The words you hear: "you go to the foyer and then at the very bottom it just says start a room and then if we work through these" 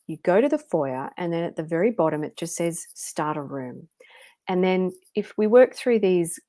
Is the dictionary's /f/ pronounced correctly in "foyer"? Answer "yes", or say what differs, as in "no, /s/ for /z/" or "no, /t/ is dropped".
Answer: yes